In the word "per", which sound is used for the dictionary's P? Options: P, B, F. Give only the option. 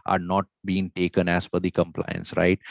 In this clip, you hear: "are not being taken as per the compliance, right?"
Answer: F